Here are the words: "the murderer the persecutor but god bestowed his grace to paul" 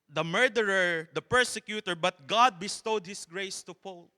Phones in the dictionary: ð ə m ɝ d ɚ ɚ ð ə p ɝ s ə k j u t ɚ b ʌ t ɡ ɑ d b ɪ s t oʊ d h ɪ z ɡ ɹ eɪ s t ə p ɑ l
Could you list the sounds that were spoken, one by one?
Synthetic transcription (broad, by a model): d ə m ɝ d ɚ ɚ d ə p ɝ s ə k j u t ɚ b ʌ t ɡ ɑ d b ɪ s t oʊ d h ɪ s ɡ ɹ eɪ s t ə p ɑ l